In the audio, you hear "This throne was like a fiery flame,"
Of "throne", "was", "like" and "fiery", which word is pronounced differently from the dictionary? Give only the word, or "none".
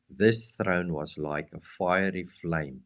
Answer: none